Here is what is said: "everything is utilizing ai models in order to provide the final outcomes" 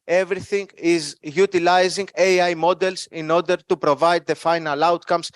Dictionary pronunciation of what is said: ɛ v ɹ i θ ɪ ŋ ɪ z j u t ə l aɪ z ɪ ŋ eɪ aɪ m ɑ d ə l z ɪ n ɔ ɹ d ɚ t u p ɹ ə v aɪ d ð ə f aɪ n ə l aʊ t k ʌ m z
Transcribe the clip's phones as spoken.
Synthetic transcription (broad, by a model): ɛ v ɹ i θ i ŋ ɪ z j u t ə l aɪ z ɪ ŋ eɪ aɪ m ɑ d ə l s ɪ n ɔ ɹ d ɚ t u p ɹ ə v aɪ d ð ə f aɪ n ə l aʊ t k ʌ m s